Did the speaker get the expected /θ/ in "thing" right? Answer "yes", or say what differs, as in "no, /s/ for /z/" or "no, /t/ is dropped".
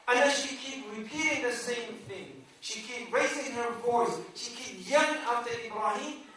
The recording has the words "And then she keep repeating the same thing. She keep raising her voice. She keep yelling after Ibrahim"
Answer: yes